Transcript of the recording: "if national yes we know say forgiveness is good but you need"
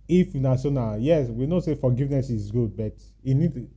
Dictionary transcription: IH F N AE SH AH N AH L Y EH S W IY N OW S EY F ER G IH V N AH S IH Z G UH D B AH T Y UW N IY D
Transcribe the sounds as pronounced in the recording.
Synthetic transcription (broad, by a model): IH F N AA S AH N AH Y EH S W IY N OW S EY F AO G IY V N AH S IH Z G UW D B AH T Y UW N IY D